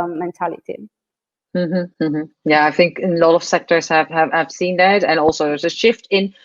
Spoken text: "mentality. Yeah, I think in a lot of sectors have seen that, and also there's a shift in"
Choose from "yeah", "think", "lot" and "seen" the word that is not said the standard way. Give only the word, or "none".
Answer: none